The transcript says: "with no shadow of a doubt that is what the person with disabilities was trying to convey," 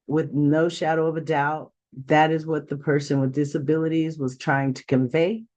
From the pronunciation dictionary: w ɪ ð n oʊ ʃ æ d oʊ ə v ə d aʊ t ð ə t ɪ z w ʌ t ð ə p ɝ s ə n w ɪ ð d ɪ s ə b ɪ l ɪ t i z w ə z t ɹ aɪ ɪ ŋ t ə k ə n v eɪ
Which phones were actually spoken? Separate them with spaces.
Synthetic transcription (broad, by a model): w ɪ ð n oʊ ʃ æ d oʊ ə v ə d aʊ t ð ə t ɪ z w ʌ t ð ə p ɝ s ə n w ɪ ð d ɪ s ə b ɪ l ɪ t i z w ə z t ɹ aɪ ɪ ŋ t ə k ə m v eɪ